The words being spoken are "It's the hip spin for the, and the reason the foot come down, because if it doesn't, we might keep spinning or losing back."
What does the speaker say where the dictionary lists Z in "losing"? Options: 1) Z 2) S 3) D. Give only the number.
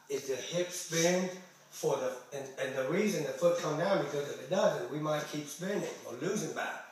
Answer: 1